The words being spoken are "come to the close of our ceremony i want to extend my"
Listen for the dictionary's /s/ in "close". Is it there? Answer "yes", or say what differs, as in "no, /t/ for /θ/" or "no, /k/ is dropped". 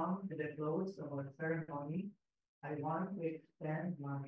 no, /s/ is dropped